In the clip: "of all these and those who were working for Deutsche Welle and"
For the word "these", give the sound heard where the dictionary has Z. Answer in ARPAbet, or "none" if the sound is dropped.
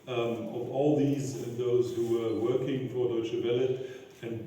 Z